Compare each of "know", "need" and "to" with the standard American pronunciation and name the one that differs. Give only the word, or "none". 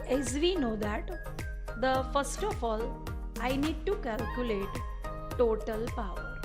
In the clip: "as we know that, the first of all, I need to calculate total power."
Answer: none